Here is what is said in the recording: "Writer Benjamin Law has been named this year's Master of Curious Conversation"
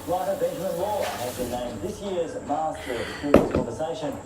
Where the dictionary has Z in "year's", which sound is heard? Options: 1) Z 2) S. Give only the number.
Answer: 1